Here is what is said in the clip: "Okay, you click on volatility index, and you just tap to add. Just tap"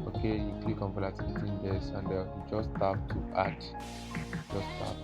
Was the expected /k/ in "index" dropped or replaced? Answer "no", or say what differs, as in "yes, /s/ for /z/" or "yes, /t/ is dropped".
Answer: yes, /k/ is dropped